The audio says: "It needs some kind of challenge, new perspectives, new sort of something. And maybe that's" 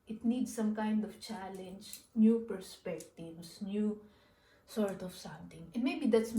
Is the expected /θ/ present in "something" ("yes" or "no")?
no